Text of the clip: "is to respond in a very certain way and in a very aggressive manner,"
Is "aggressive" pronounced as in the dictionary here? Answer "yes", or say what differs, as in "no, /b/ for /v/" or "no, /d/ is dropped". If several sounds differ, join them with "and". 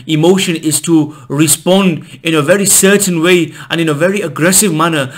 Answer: yes